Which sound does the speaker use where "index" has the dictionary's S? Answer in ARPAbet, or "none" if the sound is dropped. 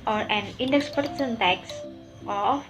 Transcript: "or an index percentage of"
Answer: S